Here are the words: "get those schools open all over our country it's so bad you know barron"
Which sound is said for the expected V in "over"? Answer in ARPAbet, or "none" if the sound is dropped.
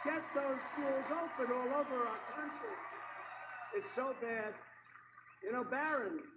V